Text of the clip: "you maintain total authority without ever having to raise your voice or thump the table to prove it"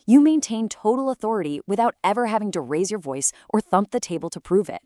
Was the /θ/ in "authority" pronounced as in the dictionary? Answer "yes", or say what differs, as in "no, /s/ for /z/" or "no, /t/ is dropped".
yes